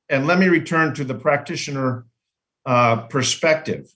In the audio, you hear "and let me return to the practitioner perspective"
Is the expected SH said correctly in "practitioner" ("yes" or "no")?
yes